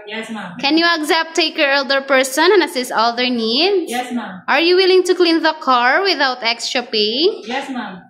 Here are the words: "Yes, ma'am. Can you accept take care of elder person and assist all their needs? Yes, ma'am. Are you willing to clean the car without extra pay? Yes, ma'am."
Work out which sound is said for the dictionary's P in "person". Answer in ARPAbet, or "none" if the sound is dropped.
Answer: P